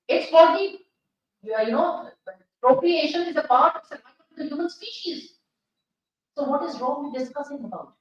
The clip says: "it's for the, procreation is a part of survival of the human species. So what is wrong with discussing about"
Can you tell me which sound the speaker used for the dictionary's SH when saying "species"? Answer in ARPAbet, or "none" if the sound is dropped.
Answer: SH